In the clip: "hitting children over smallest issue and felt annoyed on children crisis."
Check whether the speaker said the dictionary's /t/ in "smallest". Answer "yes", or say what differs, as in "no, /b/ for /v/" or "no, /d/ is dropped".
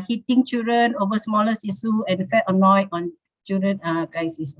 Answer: no, /t/ is dropped